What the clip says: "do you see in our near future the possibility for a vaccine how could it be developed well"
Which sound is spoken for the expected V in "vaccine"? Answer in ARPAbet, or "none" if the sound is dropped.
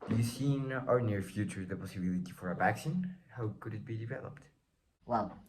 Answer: B